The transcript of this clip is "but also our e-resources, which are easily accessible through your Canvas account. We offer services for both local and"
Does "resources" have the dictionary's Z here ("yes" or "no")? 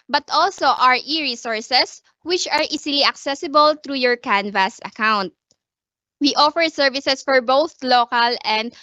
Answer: no